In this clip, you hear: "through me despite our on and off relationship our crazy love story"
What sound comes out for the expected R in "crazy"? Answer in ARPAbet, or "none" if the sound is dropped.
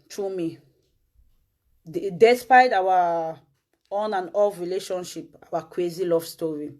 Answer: W